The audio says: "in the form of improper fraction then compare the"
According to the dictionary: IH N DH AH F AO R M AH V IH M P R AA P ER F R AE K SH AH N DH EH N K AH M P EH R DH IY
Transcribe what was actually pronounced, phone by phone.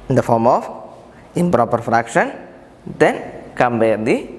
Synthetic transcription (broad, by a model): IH N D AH F AO R M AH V IH M P R AA P ER F R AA K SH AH N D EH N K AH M B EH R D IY